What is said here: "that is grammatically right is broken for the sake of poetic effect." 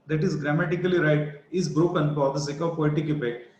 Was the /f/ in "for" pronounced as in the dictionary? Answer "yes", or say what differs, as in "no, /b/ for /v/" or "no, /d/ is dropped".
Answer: no, /p/ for /f/